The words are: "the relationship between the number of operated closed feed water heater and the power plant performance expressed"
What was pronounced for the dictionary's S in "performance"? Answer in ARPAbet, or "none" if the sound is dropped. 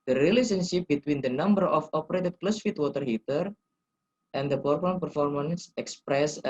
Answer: S